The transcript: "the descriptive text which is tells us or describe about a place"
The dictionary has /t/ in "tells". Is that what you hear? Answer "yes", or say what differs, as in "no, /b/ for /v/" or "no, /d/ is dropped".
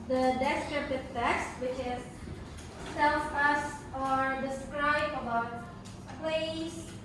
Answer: no, /s/ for /t/